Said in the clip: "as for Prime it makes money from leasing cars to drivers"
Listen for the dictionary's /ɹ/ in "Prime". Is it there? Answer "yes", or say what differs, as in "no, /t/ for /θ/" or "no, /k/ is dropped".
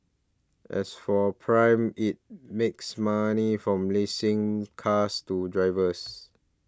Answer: yes